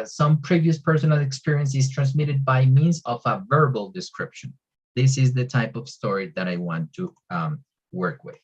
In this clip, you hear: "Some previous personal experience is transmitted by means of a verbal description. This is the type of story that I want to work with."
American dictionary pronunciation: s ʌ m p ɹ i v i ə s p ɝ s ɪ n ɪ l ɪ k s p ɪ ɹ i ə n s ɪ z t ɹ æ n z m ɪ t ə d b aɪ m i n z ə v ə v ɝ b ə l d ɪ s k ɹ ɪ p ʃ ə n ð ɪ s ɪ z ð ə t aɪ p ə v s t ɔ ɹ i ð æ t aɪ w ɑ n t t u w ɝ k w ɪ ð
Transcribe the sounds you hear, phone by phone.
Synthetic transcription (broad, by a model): s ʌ m p ɹ i v i ə s p ɝ s ɪ n ɪ l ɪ k s p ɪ ɹ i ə n s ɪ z t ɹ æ n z m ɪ t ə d b aɪ m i n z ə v ə v ɝ b ə l d ɪ s k ɹ ɪ p ʃ ə n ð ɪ s ɪ z ð ə t aɪ p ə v s t ɔ ɹ i ð æ t aɪ w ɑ n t t u w ɝ k w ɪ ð